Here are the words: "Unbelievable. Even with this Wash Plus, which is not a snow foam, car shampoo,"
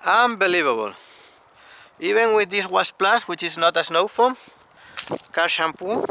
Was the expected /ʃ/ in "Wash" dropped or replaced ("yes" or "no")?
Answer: yes